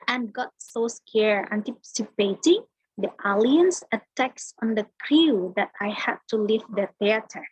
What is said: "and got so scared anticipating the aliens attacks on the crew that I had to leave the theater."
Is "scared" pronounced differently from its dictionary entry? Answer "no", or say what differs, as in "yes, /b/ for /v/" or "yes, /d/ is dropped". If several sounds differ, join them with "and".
yes, /d/ is dropped